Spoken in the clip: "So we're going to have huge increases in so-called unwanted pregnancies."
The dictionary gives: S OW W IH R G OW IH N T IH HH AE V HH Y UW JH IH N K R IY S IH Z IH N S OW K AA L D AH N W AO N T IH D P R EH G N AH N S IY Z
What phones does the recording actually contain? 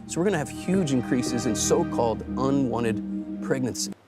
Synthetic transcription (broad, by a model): S OW W IH R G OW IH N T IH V HH Y UW JH IH N K R IY S IH Z IH N S OW K AA L D AH N W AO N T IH D P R EH G N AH N S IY